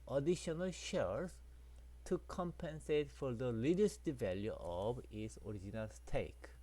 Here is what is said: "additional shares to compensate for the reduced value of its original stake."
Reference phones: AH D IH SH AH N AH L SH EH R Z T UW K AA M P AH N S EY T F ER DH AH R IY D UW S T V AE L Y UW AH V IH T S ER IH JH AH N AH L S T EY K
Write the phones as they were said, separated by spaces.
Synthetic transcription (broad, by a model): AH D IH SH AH N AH L SH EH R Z T UW K AA M P AH N S EY T F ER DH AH L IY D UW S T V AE L Y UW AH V IH T S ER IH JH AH N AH L S T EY K